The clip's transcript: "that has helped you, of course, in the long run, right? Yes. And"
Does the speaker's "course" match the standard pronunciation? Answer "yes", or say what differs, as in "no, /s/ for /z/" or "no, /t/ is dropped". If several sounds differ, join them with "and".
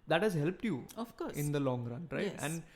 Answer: no, /s/ is dropped